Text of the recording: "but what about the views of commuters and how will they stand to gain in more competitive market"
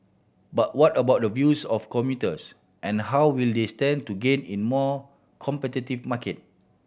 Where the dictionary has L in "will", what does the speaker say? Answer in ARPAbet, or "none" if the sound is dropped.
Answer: L